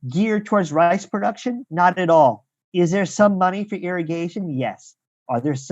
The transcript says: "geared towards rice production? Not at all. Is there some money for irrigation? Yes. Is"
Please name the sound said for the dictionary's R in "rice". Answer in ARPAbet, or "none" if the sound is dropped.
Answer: R